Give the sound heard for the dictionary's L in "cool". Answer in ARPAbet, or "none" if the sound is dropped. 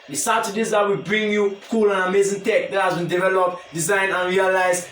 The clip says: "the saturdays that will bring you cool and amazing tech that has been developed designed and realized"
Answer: L